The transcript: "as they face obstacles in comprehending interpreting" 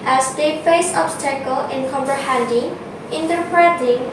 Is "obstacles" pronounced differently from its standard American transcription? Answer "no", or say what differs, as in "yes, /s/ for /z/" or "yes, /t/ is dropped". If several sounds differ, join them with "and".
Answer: yes, /z/ is dropped